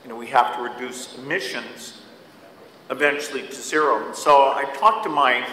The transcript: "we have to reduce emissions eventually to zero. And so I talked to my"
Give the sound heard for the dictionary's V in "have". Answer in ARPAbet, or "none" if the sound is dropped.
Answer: F